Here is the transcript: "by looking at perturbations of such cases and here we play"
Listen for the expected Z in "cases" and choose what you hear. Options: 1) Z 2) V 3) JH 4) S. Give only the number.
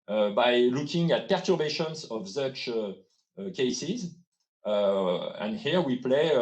1